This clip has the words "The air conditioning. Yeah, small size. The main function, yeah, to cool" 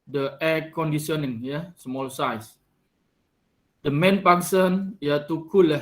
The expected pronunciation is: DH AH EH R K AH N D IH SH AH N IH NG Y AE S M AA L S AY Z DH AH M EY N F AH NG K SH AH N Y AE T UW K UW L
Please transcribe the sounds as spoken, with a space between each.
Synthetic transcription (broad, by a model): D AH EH K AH N D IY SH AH N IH NG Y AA S M AA L S AY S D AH M EY N P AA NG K S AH N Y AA T UW K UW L